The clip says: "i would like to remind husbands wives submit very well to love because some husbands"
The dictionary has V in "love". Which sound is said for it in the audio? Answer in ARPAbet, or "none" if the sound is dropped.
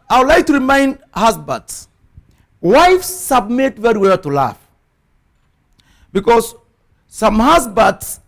F